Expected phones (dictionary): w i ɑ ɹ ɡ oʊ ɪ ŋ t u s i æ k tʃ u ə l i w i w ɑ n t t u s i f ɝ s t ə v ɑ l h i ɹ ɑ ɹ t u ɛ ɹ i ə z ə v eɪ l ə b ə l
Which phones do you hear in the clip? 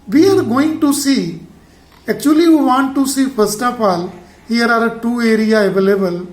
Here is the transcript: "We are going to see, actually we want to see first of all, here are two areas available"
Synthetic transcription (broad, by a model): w i ɑ ɹ ɡ oʊ ɪ ŋ t u s i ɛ k tʃ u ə l i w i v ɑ n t t u s i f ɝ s t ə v ɑ l h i ɹ ɑ ɹ t u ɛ ɹ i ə ə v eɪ l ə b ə l